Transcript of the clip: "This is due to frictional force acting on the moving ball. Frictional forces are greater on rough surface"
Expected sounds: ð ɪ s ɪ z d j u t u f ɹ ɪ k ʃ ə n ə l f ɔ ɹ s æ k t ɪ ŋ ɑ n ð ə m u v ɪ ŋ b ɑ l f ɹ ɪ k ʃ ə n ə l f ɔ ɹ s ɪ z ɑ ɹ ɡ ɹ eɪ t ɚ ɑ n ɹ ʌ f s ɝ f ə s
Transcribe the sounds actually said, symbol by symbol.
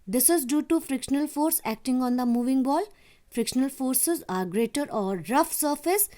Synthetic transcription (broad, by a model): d ɪ s ɪ z d j u t u f ɹ ɪ k ʃ ə n ə l f ɔ ɹ s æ k t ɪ ŋ ɑ n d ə m u v ɪ ŋ b ɑ l f ɹ ɪ k ʃ ə n ə l f ɔ ɹ s ɪ z ɑ ɹ ɡ ɹ eɪ t ɚ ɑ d ɹ ʌ f s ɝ f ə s